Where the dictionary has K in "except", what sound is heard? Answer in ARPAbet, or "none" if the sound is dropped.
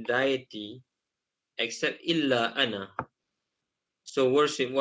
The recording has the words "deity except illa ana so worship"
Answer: K